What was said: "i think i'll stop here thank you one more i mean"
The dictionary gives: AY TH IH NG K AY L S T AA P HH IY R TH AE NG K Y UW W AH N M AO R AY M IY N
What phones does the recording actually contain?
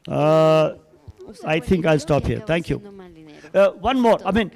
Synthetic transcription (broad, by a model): AY T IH NG K AY L S T AA P HH IY R T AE NG K Y UW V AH N M AO R AY M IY N